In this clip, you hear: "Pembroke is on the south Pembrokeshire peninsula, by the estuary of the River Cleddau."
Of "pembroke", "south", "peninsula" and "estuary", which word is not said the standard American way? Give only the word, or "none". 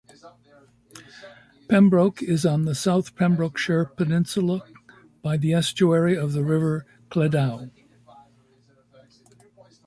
none